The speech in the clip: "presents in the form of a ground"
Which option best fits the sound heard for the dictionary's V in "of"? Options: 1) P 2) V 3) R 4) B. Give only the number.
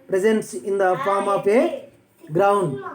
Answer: 1